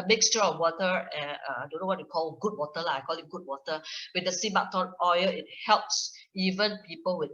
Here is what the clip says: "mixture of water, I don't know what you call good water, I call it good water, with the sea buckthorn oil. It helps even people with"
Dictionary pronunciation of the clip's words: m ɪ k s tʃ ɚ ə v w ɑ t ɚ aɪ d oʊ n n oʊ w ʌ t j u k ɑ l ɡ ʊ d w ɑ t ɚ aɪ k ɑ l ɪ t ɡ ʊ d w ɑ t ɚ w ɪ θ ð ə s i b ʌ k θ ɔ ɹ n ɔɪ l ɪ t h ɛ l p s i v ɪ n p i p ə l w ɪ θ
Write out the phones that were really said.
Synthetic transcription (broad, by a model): m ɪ k s tʃ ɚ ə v w ɑ t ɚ aɪ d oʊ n n oʊ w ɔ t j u k ɑ l ɡ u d w ɑ t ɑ aɪ k ɑ l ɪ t ɡ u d w ɑ t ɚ w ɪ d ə s i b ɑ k t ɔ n ɔɪ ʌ ɪ t h ɛ l p s i v ɪ n p i p ə l w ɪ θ